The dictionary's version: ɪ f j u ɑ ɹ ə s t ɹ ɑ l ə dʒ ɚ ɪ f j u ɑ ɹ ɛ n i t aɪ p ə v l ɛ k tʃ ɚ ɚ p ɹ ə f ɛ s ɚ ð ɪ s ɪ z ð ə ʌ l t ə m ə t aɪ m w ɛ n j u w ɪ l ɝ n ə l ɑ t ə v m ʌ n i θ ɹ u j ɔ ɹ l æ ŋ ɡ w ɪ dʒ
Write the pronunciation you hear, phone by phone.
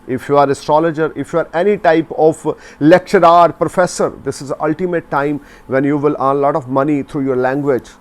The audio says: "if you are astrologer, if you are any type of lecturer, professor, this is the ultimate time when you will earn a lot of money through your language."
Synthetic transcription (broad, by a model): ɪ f j u ɑ ɹ ə s t ɹ ɑ l ə dʒ ɚ ɪ f j u ɑ ɹ ɛ n i t aɪ p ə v l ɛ k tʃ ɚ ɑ p ɹ ə f ɛ s ɚ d ɪ s ɪ z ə ʌ l t ə m ə t aɪ m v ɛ n j u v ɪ l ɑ n l ɑ t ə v m ʌ n i t ɹ u j ɔ ɹ l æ ŋ ɡ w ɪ dʒ